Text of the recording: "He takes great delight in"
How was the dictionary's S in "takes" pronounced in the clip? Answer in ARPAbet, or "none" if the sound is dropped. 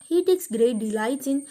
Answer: S